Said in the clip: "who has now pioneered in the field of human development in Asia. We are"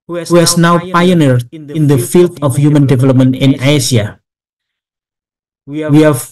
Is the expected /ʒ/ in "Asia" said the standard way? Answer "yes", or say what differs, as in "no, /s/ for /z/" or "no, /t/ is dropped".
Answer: no, /s/ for /ʒ/